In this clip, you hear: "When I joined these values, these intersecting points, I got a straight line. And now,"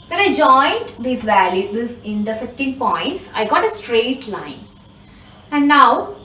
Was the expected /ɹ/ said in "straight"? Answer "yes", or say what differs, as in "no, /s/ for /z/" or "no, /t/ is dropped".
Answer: yes